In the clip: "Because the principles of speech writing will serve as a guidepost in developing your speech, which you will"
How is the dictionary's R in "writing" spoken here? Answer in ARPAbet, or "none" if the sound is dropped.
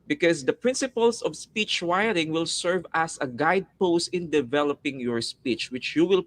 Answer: W